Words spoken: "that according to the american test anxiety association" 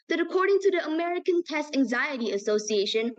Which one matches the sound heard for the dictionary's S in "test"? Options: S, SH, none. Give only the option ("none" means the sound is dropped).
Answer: S